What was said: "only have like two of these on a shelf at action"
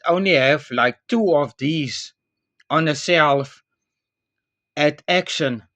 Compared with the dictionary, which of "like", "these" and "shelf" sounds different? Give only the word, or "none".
shelf